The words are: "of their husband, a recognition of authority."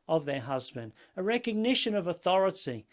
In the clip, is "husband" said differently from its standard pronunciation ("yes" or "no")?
no